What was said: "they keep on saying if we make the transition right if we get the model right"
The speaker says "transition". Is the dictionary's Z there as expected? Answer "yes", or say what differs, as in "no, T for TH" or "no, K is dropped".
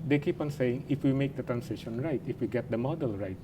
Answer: no, S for Z